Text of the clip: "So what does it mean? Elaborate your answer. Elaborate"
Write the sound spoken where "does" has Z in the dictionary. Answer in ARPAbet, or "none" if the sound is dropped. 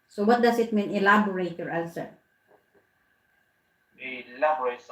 S